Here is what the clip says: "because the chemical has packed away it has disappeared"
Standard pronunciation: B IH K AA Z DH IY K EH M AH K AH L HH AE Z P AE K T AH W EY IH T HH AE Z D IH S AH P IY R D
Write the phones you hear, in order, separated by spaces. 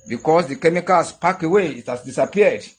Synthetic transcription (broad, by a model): B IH K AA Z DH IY K EH M AH K AH L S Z P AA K AH W EY IH T HH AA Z D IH S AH P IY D